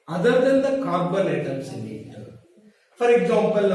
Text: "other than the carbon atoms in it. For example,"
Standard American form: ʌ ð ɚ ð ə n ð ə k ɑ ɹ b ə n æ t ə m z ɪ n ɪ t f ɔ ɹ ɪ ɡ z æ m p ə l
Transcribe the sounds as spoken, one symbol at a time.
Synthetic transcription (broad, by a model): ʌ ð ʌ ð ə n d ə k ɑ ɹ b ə l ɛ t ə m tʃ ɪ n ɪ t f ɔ ɹ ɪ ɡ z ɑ m p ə l